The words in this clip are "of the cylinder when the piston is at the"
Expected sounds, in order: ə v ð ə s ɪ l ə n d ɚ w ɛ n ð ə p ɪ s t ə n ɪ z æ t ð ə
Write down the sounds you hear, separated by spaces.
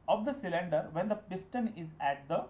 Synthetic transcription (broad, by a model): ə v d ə s ɪ l ə n d ɚ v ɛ n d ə p ɪ s t ə n ɪ z æ t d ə